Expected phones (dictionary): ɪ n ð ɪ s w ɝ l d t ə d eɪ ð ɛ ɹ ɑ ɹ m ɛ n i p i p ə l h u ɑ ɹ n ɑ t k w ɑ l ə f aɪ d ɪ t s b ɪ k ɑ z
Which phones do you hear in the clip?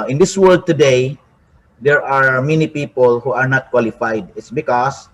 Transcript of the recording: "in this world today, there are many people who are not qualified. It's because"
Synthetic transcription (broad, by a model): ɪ n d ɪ s w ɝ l d t ə d eɪ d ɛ ɹ ɑ ɹ m ɛ n i p i p ə l h u ɑ ɹ n ɑ t k w ɑ l ə f aɪ d ɪ t s b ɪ k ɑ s